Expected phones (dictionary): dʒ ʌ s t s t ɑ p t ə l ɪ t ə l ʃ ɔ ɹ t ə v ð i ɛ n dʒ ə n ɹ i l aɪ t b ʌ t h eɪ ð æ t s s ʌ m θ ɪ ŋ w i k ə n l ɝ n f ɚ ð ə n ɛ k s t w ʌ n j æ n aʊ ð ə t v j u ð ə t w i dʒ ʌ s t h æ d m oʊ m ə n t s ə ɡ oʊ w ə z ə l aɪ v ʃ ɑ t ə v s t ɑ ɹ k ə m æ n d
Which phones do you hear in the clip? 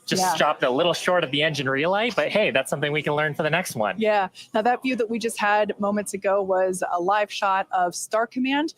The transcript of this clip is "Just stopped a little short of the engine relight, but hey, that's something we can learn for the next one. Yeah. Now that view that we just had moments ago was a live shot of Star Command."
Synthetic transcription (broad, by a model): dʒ ʌ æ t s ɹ ɑ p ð ə l ɪ t l ʃ ɔ ɹ t ə v ð i ɛ n dʒ ə n ɹ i l aɪ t b ʌ t h eɪ ð æ t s s ʌ m θ ɪ ŋ w i k ə n l ɝ n f ɚ ð ə n ɛ k s t w ʌ n j æ n aʊ ð ə t v j u ð ə t w i dʒ ʌ s t h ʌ d m oʊ m ə n t s ə ɡ oʊ w ə z ə l aɪ v ʃ ɑ t ə v s t ɑ ɹ k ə m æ n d